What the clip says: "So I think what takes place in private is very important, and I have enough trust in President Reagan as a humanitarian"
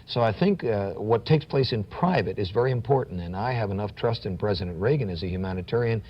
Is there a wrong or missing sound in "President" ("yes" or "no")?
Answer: no